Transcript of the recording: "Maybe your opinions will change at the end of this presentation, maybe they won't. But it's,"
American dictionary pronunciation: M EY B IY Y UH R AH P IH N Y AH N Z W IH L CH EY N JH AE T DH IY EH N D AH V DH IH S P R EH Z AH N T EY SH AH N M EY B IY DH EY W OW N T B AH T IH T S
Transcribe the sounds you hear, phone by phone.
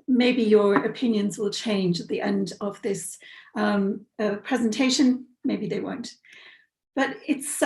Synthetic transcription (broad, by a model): M EY B IY Y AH R AH P IH N Y AH N Z W IH L CH EY N JH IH T DH IY EH N D AH V DH IH S P R EH Z AH N T EY SH AH N M EY B IY DH EY W OW N T B AH T IH T S